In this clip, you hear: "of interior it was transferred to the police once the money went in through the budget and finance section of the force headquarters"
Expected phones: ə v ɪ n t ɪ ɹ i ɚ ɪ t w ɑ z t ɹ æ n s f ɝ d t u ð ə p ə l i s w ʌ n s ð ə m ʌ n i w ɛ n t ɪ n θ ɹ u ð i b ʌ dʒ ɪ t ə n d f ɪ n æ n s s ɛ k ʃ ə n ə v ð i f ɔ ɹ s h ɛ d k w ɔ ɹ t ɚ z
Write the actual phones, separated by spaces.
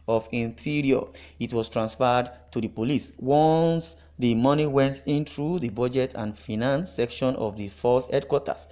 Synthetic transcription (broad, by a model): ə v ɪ n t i ɹ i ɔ ɪ t w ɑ s t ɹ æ n s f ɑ d t u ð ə p ə l i s w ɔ n s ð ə m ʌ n i w ɛ n t ɪ n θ ɹ u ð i b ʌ dʒ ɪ t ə n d f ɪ n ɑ n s s ɛ k ʃ ə n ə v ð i f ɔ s h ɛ d k w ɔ t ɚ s